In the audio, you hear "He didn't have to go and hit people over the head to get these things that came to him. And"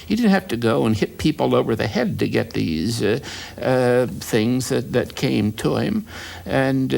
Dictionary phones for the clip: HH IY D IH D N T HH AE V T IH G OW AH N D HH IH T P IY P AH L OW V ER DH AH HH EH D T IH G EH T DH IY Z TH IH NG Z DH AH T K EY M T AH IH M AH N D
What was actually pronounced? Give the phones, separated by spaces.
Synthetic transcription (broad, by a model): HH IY D IH D N T HH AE F T IH G OW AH N HH IH T P IY P L OW V ER DH AH HH EH D T IH G EH T DH IY Z TH IH NG Z DH AH T K EY M T AH IH M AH N